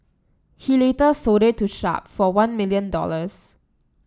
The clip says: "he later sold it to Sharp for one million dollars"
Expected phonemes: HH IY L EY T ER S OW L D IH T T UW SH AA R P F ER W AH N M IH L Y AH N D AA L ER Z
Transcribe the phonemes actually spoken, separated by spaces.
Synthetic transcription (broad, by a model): HH IY L EY T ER S OW D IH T T UW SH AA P F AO W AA N M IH L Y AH N D AA L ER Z